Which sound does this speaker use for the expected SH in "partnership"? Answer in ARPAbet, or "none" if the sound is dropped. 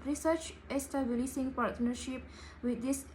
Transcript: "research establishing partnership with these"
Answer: SH